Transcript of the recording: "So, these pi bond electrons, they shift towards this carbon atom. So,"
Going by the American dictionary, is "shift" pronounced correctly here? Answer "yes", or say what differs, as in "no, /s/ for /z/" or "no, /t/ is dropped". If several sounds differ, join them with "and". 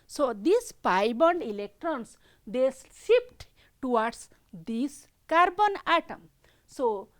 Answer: no, /s/ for /ʃ/